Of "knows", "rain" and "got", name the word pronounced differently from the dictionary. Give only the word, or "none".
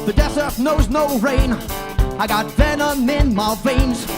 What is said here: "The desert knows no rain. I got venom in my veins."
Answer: none